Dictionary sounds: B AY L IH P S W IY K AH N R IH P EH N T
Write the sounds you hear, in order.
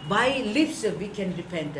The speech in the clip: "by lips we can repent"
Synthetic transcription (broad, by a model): B AY L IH F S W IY K AH N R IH P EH N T